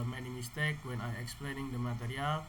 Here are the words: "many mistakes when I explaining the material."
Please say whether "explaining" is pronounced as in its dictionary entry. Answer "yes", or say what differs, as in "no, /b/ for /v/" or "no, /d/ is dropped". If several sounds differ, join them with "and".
yes